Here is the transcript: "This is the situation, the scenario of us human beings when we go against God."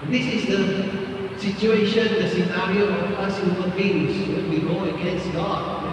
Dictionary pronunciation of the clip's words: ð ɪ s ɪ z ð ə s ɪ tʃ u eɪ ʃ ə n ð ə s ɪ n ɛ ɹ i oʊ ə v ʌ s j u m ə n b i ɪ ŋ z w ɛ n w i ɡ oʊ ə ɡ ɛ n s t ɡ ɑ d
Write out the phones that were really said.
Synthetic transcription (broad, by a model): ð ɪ s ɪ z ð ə s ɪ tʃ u eɪ ʃ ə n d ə s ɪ n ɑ ɹ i oʊ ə p ʌ s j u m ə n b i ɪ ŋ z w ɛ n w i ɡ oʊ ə ɡ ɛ n s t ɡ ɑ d